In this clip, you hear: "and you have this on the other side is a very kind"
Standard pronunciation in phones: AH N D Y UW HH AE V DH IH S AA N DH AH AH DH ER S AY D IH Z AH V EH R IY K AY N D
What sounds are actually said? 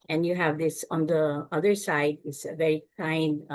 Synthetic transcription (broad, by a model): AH N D Y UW HH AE V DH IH S AA N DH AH AH DH ER S AY D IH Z AH V EH R IY K AY N D